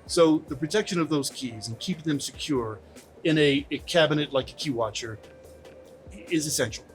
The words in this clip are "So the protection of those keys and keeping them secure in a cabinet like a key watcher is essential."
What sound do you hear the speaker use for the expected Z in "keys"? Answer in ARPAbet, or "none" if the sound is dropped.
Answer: Z